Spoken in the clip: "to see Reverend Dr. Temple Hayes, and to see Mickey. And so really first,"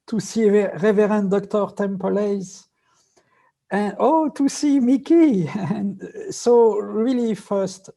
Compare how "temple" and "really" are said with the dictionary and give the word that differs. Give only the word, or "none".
none